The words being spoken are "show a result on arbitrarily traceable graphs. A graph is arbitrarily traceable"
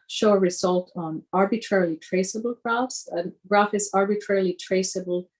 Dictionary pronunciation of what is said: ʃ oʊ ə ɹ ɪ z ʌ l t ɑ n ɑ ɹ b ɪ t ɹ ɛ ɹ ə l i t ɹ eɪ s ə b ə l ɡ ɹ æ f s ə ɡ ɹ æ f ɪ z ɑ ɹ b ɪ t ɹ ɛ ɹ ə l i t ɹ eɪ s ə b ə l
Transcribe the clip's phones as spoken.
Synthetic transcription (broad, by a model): ʃ oʊ ə ɹ ɪ z ʌ l t n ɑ ɹ b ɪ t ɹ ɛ ɹ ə l i t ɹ eɪ s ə b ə l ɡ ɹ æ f s ə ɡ ɹ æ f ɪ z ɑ ɹ b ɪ t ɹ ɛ ɹ l i t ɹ eɪ s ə b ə l